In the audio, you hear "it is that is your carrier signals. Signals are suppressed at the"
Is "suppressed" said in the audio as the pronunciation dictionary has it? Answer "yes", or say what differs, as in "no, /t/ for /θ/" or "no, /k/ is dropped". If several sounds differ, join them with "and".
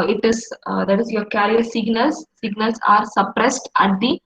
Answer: yes